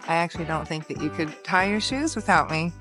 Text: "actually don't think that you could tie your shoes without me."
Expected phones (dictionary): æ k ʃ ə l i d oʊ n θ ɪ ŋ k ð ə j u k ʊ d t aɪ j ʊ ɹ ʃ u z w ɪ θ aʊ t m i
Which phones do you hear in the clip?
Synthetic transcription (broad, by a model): æ k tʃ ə l i d oʊ n θ ɪ ŋ k ð ə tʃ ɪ k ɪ d t aɪ j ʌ ɹ ʃ u z w ɪ θ aʊ t m i